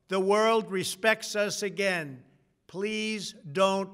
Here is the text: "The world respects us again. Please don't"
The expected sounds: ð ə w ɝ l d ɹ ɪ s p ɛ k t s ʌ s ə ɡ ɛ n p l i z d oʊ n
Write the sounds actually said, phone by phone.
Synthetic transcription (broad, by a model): ð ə w ɝ l d ɹ ɪ s p ɛ k t s ʌ s ə ɡ ɛ n p l i z d oʊ n